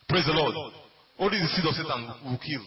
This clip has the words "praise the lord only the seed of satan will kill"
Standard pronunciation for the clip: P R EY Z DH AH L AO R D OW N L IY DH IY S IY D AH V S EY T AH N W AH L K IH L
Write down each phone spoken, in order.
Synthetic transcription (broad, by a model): P R EY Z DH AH L AO D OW L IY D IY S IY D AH S EY T AH N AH K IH L